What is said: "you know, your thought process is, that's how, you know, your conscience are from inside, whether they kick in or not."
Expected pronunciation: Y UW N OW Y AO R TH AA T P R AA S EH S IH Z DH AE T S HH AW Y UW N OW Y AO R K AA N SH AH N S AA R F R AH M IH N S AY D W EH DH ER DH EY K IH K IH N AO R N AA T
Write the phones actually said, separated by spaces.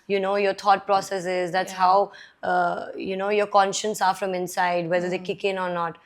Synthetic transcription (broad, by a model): Y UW N OW Y AO R T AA T P R AA S EH S IH Z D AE T S HH AW Y UW N OW Y AO R K AA N SH AH N S AA R F R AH M IH N S AY D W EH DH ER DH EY K IH K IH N AO R N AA T